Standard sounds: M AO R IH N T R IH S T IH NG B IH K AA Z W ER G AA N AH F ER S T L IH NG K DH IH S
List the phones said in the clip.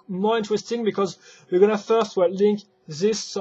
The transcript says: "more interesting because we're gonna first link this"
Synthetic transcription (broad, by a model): M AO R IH N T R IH S T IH NG B IH K AA Z W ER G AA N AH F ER S T L IH NG K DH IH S